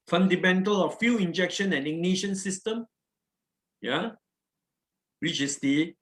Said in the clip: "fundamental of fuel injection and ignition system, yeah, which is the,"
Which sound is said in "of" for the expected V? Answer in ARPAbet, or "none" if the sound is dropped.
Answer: F